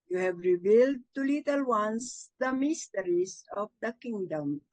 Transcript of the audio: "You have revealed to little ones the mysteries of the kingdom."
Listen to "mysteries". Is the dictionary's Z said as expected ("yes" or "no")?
no